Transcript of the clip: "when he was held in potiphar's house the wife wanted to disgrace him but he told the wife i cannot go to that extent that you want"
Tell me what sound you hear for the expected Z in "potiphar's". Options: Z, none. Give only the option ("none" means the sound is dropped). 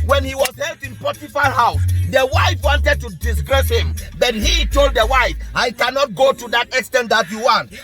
none